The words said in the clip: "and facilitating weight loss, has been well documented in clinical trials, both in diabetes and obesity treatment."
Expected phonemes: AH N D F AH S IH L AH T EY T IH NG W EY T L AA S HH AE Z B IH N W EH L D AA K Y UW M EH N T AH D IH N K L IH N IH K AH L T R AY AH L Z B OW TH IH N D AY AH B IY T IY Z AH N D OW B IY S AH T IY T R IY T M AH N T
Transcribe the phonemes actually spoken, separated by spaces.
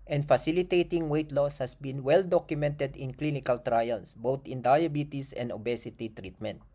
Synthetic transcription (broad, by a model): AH N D F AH S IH L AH T EY T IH NG W EY T L AA S HH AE S B IH N W EH L D AA K Y UW M EH N T AH D IH N K L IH N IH K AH L T R AY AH L S B OW T IH N D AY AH B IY T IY S AH N D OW B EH S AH T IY T R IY T M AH N T